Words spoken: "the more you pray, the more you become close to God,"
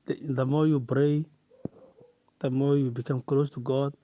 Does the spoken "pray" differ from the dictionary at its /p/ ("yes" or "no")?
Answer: yes